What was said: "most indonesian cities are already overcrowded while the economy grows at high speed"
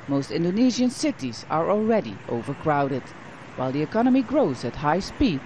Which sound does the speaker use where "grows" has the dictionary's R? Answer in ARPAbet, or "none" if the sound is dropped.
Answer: R